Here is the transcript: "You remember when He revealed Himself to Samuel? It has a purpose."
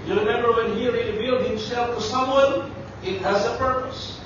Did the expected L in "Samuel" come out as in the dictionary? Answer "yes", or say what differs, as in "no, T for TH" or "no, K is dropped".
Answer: no, N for L